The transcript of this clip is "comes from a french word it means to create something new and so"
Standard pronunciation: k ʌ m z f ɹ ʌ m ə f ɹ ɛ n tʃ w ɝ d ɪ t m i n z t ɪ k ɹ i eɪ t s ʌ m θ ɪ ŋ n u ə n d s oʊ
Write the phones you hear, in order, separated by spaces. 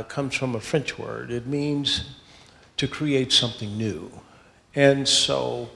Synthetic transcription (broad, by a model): k ʌ m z f ɹ ʌ m ə f ɹ ɛ n tʃ w ɝ d ɪ t m i n z t ɪ k ɹ i eɪ t s ʌ m θ ɪ ŋ n u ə n s oʊ